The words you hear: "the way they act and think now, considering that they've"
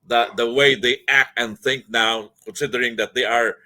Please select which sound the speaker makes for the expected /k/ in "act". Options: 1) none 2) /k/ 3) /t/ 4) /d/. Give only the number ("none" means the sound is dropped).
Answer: 2